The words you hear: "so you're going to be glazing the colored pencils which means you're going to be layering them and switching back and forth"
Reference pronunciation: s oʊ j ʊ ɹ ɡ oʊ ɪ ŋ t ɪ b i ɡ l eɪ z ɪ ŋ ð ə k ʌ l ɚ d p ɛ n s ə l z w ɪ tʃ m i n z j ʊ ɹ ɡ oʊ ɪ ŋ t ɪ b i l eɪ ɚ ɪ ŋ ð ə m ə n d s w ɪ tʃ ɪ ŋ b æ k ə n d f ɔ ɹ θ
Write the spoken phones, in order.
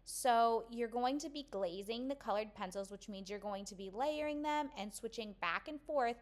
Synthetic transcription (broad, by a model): s oʊ j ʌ ɹ ɡ oʊ ɪ ŋ t ɪ b i ɡ l eɪ z ɪ ŋ ð ə k ʌ l ɚ d p ɛ n s l z w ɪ tʃ m i n z j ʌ ɹ ɡ oʊ ɪ ŋ t ɪ b i l eɪ ɚ ɪ ŋ ð ə m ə n s w ɪ tʃ ɪ ŋ b æ k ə n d f ɔ ɹ θ